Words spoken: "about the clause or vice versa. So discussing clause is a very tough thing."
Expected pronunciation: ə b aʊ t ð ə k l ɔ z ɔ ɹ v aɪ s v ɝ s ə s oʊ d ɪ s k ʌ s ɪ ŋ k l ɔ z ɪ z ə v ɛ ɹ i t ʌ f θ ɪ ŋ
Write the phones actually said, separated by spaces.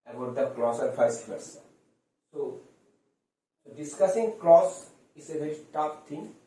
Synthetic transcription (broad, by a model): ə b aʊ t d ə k l ɔ s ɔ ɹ f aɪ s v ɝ s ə s oʊ d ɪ s k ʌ s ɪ ŋ k l ɔ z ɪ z ə v ɛ ɹ i t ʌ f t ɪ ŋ